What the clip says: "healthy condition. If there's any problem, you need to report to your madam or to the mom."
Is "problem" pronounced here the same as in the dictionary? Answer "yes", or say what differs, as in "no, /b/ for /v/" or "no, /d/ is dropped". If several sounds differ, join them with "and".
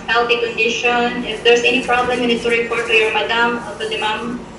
yes